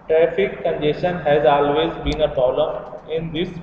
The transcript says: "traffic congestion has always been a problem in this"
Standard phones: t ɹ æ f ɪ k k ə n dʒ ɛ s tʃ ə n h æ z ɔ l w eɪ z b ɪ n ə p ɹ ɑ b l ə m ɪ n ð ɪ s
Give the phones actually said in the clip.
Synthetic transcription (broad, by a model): t ɹ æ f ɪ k k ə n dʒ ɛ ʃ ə n h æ z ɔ l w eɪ z b ɪ n ə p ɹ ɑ l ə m ɪ n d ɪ s